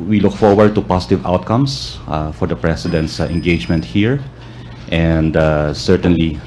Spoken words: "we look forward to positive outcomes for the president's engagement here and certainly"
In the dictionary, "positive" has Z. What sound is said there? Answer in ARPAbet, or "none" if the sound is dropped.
S